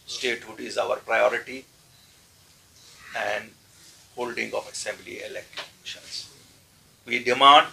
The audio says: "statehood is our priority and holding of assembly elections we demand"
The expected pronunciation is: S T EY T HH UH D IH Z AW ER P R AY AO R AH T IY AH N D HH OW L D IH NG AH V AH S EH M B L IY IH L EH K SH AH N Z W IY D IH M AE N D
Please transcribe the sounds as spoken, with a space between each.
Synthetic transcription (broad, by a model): S T EY T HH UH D IH Z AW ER P R AY AO R AH T IY AH N D HH OW L D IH NG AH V AH S EH M B L IY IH L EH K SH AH N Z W IY D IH M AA N D